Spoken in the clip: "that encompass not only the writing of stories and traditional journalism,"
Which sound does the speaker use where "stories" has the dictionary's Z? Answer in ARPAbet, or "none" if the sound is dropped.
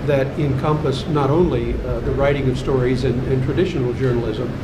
Z